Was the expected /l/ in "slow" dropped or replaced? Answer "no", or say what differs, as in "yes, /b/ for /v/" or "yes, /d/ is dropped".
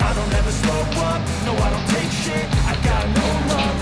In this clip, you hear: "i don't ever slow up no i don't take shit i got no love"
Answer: yes, /l/ is dropped